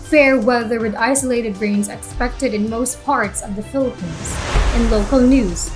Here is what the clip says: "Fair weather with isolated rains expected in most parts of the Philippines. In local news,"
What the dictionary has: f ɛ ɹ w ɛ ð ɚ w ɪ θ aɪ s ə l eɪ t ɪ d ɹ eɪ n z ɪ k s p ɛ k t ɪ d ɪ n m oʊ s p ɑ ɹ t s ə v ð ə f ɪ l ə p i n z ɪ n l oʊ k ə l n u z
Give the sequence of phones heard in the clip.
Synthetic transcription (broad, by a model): f ɛ ɹ w ɛ ð ɚ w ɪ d aɪ s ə l eɪ t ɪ d ɹ eɪ n z ɪ k s p ɛ k t ɪ d ɪ n m oʊ s p ɑ ɹ t s ə v ð ə f ɪ l ə p i n z ɪ n l oʊ k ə l n u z